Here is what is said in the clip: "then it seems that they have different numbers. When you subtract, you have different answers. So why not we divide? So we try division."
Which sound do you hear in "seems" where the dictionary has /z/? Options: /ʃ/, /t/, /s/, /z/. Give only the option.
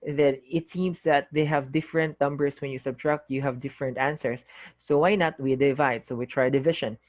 /s/